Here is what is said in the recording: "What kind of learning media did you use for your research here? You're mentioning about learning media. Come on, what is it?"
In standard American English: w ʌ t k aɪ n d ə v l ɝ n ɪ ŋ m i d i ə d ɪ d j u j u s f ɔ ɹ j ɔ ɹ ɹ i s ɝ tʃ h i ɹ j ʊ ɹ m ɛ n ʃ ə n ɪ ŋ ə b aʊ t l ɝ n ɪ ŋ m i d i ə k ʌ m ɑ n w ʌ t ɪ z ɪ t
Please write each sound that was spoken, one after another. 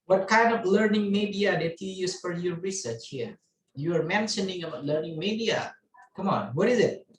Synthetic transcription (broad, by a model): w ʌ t k aɪ n d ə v l ɝ n ɪ ŋ m i d i ə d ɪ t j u j u s f ɔ ɹ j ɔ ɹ ɹ i s ɝ tʃ h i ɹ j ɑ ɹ m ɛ n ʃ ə n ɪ ŋ ə b aʊ t l ɝ n ɪ ŋ m i d i ə k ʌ m ɑ n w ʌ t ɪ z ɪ t